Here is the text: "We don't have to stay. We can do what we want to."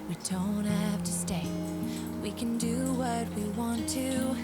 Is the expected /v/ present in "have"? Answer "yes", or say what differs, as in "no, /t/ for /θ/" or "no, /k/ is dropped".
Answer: no, /f/ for /v/